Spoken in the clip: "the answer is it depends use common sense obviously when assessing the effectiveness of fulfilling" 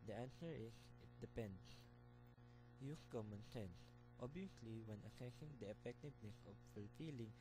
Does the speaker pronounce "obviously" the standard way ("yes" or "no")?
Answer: no